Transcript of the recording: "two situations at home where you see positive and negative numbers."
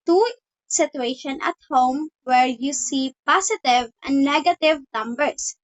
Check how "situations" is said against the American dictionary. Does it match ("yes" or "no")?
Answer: no